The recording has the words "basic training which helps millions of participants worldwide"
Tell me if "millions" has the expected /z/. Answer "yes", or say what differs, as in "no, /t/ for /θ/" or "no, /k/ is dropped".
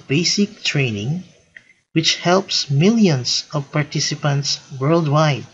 no, /s/ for /z/